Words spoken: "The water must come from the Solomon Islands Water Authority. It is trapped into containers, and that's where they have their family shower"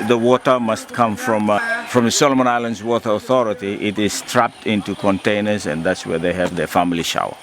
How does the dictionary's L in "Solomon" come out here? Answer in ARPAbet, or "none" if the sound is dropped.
L